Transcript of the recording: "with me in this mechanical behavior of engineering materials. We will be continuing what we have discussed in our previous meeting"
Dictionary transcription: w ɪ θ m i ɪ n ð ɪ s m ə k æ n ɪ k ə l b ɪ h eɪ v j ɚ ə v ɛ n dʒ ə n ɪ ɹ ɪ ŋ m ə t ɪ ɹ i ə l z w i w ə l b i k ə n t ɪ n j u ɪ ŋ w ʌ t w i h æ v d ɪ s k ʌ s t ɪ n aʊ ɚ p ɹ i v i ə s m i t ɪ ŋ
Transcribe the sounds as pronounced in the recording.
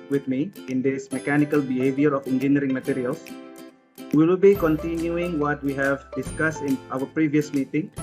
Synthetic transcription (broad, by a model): w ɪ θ m i ɪ n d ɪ s m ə k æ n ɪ k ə l b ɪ h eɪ v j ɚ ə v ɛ n dʒ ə n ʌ ɹ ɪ ŋ m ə t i ɹ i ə l s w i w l b i k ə n t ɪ n j u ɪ ŋ w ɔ t w i h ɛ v d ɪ s k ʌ s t ɪ n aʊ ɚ p ɹ i v i ə s m i t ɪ ŋ